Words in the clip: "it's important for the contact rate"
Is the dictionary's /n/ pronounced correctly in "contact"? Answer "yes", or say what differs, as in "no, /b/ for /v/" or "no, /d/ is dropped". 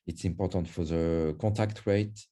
no, /n/ is dropped